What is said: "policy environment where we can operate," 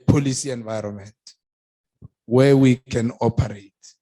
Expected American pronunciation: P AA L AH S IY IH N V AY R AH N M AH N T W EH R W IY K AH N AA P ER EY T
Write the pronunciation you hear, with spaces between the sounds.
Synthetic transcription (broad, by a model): P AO L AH S IY IH N V AY R AH N M AH N T W EH W IY K AH N AA P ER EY T